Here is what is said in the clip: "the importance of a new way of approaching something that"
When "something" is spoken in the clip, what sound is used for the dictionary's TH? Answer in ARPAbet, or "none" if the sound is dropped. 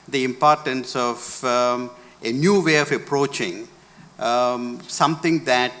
T